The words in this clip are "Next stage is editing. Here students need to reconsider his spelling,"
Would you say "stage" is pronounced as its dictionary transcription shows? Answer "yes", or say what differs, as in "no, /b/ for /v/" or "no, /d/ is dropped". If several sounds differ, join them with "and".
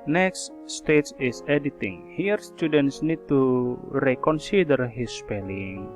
no, /tʃ/ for /dʒ/